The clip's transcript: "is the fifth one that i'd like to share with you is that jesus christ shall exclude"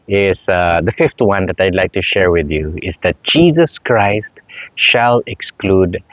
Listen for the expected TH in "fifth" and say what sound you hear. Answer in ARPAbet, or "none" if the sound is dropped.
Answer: T